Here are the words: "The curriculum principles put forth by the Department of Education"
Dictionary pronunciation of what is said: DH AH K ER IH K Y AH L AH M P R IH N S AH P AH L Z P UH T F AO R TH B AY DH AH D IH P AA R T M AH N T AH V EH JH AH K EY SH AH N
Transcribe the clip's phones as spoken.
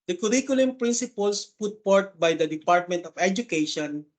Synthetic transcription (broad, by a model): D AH K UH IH K Y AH L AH M P R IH N S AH P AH L S P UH T P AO R T B AY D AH D IH P AA R T M AH N T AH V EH JH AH K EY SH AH N